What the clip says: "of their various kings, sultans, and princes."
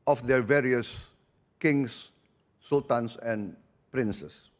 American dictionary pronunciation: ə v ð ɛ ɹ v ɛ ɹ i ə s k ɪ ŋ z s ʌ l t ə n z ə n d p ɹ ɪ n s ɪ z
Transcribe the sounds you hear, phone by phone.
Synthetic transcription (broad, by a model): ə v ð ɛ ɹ v ɛ ɹ i ə s k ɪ ŋ s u l t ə n s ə n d p ɹ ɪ n s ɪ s